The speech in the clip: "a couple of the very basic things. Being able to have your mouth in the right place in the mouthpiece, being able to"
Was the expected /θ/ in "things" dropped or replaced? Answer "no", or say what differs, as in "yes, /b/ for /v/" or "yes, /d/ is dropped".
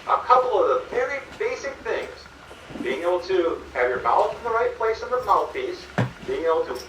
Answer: no